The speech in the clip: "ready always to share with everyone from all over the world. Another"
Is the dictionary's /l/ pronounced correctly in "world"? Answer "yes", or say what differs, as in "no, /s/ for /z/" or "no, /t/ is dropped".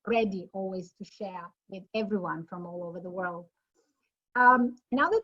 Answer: yes